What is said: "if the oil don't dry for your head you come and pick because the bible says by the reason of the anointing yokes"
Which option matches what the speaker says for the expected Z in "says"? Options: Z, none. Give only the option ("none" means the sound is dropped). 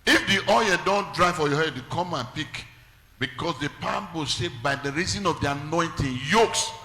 none